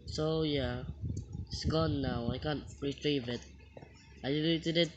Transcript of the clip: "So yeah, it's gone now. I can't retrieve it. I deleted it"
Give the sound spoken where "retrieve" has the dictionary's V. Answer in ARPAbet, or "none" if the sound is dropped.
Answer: V